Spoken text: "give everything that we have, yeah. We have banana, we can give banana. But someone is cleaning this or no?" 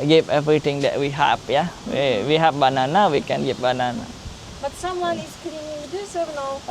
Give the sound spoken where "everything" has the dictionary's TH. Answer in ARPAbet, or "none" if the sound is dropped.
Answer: T